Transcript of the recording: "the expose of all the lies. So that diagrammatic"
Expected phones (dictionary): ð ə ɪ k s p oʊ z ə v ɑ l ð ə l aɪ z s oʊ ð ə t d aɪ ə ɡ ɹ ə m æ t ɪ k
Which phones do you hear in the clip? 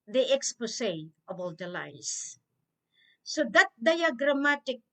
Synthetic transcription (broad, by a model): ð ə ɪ k s p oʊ s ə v ɑ l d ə l aɪ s s oʊ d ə t d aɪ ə ɡ ɹ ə m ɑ t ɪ k